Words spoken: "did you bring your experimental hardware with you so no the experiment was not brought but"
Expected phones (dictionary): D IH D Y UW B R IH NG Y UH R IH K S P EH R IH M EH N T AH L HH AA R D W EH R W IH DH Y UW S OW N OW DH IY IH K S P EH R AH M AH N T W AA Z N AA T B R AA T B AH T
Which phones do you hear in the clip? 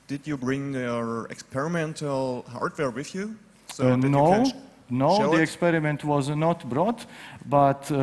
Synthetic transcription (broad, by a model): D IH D Y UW B R IH NG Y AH R IH K S P EH R IH M EH N T AH L HH AA R D W EH R W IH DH Y UW S OW N OW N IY IH K S P EH R AH M AH N T W AA Z N AA T B R AA T B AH T